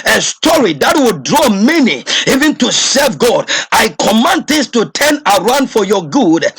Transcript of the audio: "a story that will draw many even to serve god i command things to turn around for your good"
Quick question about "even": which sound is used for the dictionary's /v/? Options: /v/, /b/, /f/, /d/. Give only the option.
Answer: /v/